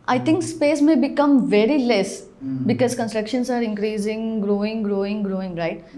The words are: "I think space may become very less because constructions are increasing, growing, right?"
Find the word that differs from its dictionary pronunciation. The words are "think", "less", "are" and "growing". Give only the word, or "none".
think